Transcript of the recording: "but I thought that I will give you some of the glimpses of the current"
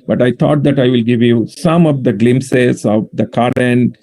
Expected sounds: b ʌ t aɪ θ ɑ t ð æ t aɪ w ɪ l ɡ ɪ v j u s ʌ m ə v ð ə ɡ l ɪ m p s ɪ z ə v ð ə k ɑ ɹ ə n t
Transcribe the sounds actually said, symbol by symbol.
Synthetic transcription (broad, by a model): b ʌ t aɪ t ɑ t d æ t aɪ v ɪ l ɡ ɪ v j u s ʌ m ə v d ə ɡ l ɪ m s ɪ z ə v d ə k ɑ ɹ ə n